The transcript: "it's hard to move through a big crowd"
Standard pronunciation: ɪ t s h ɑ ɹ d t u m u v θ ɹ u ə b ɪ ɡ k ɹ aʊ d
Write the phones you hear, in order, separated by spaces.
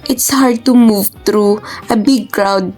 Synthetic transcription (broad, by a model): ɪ t s h ɑ ɹ d t u m u v t ɹ u ə b ɪ ɡ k ɹ aʊ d